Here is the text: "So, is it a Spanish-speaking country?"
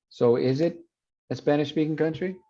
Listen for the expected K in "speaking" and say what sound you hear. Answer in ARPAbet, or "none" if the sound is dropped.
K